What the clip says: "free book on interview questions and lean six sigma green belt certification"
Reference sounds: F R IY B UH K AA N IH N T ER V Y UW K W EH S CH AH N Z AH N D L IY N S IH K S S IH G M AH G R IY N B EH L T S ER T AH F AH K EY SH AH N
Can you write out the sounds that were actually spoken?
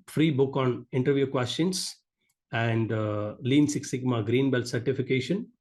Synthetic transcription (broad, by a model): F R IY B UH K AA N IH N T ER V Y UW K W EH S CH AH N S AH N D L IY N S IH K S S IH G M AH G R IY N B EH L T S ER T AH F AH K EY SH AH N